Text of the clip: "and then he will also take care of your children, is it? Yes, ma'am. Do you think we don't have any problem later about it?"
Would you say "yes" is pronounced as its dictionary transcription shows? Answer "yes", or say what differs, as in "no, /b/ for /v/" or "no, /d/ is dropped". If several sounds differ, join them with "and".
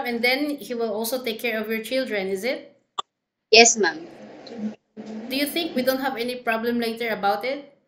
yes